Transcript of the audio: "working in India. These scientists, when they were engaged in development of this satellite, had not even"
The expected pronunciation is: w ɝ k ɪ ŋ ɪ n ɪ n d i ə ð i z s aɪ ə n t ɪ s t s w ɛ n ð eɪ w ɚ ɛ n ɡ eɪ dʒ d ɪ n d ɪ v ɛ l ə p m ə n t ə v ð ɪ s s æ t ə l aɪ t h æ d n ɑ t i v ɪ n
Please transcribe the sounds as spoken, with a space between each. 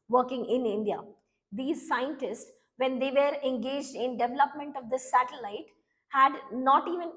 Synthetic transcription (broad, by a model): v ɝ k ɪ ŋ ɪ n ɪ n d i ə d i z s aɪ ə n t ɪ s t s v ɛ n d eɪ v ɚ ɛ n ɡ eɪ dʒ d ɪ n d ɪ v ɛ l ə p m ə n t ə v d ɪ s s æ t ə l aɪ t h æ d n ɑ t i v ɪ n